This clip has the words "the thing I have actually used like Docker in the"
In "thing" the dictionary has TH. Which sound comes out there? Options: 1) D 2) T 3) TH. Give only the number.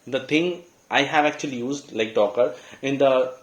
2